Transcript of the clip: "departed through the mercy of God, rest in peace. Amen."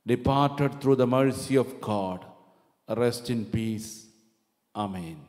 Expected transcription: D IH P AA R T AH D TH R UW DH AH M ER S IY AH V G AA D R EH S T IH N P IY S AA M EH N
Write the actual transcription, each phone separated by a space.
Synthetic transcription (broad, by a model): D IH P AA R T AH D T R UW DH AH M ER S IY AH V G AA D R EH S T IH N P IY S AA M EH N